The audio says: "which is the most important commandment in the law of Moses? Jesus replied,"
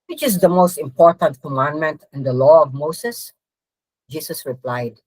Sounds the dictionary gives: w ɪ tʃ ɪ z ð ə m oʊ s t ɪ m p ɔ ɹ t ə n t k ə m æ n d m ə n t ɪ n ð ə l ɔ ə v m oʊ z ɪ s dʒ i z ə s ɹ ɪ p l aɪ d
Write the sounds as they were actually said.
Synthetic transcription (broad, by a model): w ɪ tʃ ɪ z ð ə m oʊ s t ɪ m p ɔ ɹ t ə n t k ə m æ n d m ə n t ɪ n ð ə l ɔ ə v m oʊ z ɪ s dʒ i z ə s ɹ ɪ p l aɪ d